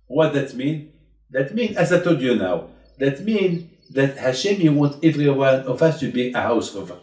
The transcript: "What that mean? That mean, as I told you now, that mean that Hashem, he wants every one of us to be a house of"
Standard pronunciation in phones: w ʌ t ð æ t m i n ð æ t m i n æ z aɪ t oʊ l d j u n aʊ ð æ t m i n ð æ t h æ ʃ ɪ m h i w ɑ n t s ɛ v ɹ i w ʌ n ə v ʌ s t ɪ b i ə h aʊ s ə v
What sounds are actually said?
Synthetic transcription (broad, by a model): w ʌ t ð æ t m i n ð æ t m i n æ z aɪ t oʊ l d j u n aʊ ð æ t m i n ð æ t h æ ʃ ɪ m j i w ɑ n t ɛ v ɹ i w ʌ n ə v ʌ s t ɪ b i ə h aʊ s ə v